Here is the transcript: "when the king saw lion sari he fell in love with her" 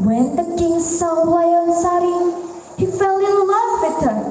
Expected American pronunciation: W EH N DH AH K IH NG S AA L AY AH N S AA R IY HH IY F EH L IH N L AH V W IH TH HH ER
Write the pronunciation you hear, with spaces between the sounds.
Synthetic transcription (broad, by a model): W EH N DH AH K IH NG S AA W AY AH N S AA R IY HH IY F EH L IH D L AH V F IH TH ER